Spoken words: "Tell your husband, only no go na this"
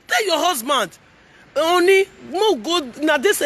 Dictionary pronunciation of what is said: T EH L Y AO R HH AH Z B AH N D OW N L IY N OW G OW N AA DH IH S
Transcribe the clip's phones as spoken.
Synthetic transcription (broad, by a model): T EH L Y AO HH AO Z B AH N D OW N IY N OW G OW N AA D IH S